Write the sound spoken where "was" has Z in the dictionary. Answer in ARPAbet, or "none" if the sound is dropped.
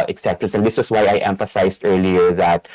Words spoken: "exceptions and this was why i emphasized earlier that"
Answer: S